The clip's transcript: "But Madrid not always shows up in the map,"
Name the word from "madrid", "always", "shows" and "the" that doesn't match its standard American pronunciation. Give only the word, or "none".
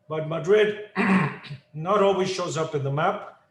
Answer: none